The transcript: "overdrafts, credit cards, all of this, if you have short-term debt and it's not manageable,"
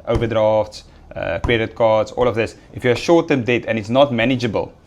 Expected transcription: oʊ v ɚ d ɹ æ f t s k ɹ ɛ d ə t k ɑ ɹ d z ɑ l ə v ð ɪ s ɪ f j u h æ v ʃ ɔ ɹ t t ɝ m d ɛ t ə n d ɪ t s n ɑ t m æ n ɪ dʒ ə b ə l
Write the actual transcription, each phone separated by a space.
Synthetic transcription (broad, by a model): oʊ v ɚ d ɹ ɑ f t s k w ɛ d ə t k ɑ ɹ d s ɑ l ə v ð ɪ s ɪ f j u ʃ ɔ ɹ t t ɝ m d ɛ t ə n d ɪ t s n ɑ t m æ n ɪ dʒ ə b ə l